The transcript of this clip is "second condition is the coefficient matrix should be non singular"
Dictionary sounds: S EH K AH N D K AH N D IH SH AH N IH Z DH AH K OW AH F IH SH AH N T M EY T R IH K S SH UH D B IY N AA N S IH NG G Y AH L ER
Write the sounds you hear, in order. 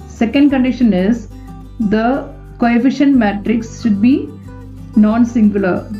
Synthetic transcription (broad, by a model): S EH K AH N D K AH N D IH SH AH N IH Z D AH K OW AH F IH SH AH N T M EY T R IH K S SH UH D B IY N AA N S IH NG G Y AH L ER